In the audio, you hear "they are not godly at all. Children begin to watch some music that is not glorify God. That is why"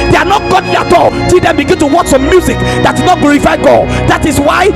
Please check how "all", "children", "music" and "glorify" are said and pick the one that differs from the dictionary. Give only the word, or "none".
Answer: children